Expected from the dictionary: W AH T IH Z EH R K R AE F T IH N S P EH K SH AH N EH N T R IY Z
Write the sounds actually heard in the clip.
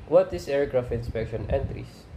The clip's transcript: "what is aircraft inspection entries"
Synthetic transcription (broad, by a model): W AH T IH S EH R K R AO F IH N S P EH K SH AH N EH N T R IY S